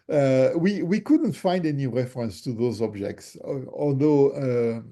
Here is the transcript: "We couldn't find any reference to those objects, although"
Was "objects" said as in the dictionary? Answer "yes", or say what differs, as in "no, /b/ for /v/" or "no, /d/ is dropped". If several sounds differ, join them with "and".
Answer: yes